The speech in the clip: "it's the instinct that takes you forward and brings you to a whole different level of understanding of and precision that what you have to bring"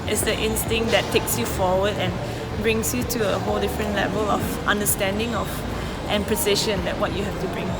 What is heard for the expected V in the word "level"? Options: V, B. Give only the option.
V